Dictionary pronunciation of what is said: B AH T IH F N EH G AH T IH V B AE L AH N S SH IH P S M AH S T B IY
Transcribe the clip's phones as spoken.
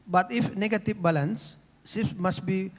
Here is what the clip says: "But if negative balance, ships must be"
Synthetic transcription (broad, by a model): B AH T IH F N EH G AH T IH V B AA L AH N S S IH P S M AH S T B IY